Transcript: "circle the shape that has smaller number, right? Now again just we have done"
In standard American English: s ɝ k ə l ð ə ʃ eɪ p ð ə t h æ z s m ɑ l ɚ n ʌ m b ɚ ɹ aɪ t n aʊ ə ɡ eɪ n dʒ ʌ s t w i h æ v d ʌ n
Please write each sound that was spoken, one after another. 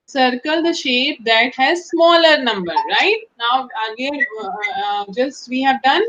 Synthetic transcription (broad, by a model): s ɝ k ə l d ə ʃ eɪ p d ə t h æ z s m ɑ l ɚ n ʌ m b ɚ ɹ aɪ t n aʊ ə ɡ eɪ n dʒ ʌ s t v i h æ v d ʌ n